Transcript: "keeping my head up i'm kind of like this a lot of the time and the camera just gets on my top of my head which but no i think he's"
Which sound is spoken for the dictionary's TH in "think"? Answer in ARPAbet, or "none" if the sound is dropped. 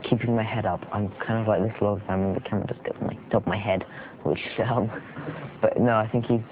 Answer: TH